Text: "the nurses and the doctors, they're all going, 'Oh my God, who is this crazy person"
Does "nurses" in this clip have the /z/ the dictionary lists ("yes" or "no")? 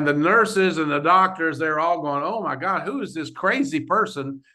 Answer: yes